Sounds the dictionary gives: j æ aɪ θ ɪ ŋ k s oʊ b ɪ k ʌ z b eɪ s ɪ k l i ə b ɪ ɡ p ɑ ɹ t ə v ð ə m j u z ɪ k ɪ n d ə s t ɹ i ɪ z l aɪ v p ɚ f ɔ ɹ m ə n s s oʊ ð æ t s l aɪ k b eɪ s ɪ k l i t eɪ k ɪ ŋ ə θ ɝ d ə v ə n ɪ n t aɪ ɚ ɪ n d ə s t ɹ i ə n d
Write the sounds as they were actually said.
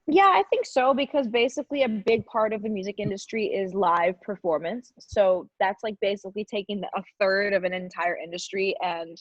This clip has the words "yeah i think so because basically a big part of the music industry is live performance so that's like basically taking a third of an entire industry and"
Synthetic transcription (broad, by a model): j æ aɪ θ ɪ ŋ k s oʊ b ɪ k ʌ z b eɪ s ɪ k l i ə b ɪ ɡ p ɑ ɹ t ə v ð ə m j u z ɪ k ɪ n d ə s t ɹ i ɪ z l aɪ v p ɚ f ɔ ɹ m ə n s s oʊ ð æ t s l aɪ k b eɪ s ɪ k l i t eɪ k ɪ ŋ ə θ ɝ d ə v ə n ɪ n t aɪ ɚ ɪ n d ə s t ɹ i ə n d